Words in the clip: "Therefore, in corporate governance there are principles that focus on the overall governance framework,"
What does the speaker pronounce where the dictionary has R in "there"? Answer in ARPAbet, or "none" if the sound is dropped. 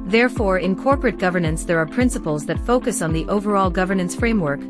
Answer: R